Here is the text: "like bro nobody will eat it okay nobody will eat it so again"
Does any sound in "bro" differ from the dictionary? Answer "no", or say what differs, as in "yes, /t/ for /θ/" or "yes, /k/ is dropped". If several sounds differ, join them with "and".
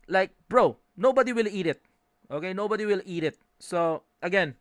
no